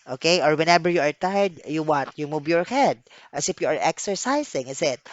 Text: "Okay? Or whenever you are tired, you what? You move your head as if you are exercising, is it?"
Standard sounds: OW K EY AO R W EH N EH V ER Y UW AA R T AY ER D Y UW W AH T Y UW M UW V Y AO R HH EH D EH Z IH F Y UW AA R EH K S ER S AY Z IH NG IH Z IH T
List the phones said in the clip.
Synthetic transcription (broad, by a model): OW K EY AO R W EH N EH B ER Y UW AA R T AY D Y UW W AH T Y UW M UW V Y AO R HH EH D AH S IH F Y UW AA R EH K S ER S AY S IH NG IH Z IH T